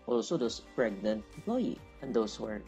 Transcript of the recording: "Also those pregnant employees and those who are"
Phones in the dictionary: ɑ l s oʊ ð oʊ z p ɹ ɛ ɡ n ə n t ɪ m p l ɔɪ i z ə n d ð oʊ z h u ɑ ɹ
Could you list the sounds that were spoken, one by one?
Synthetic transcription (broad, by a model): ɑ l s oʊ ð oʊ s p ɹ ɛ ɡ n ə n t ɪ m p l ɔɪ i ə n d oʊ s h u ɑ ɹ